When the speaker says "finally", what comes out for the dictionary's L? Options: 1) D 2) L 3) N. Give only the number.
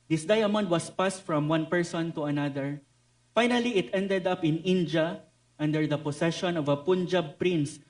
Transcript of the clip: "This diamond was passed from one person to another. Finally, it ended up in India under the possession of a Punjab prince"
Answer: 2